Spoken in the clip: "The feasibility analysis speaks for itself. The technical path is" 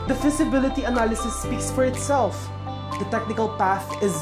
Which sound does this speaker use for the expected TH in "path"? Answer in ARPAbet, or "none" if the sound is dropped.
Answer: TH